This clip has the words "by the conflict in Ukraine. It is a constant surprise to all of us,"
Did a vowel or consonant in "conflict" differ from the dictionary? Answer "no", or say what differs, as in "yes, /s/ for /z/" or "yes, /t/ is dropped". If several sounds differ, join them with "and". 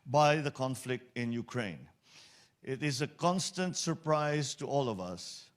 no